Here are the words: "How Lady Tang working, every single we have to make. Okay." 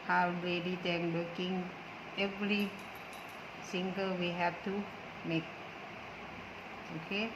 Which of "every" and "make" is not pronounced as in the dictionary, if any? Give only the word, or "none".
every